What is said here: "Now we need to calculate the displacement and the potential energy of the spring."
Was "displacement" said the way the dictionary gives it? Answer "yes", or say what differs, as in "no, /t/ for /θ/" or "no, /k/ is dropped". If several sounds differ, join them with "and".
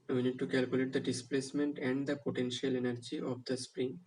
yes